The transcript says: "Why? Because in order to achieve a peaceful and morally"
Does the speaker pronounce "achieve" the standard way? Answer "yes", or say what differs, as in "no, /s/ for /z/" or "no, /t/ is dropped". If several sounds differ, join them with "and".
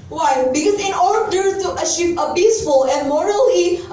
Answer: no, /ʃ/ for /tʃ/